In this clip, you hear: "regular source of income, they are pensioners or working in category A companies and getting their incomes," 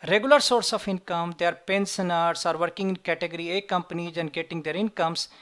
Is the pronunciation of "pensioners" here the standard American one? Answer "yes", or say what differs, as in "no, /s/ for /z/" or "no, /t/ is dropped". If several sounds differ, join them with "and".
no, /s/ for /ʃ/ and /s/ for /z/